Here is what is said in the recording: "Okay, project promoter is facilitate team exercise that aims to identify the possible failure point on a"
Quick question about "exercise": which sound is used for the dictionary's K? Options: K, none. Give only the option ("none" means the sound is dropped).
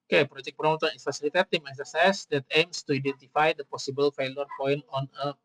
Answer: none